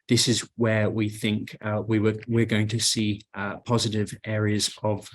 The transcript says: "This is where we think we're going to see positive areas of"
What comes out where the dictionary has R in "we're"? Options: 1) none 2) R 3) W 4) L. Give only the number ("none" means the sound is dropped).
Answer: 3